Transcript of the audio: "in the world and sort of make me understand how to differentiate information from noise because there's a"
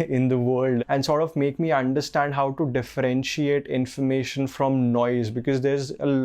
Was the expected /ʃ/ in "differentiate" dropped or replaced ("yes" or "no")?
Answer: no